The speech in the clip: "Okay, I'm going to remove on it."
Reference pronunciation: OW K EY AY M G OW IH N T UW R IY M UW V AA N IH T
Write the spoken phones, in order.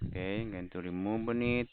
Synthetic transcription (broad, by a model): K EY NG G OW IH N T UW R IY M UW B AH N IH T